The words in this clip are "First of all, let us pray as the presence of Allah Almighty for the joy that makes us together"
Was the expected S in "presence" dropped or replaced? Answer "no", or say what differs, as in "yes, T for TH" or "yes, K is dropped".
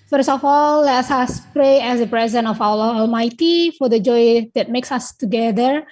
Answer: yes, S is dropped